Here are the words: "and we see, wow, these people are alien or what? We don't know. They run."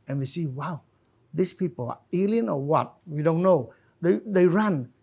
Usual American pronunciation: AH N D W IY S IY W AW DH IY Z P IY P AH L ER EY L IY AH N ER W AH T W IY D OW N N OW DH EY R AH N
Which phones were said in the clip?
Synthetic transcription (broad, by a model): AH N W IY S IY W AW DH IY S P IY P AH L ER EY L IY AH N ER W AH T W IY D OW N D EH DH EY R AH N